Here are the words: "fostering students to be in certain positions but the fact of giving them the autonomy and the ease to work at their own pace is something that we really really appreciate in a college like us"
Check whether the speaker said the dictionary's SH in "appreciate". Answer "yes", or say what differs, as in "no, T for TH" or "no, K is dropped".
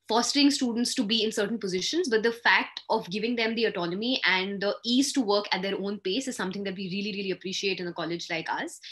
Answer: yes